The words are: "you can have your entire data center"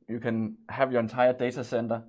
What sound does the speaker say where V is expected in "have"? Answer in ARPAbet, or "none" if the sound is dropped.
V